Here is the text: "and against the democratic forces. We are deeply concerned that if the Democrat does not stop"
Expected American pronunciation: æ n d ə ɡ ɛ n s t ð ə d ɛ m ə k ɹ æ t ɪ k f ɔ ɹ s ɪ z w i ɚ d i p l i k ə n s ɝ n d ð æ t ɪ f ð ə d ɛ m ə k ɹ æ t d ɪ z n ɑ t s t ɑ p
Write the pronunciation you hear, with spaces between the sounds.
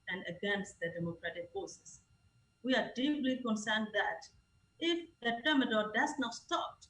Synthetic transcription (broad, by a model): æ n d ə ɡ ɛ n s t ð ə d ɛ m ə k ɹ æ t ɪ k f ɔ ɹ s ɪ s w i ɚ d i p l i k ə n s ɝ n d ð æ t ɪ f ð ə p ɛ m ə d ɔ d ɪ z n ɑ t s t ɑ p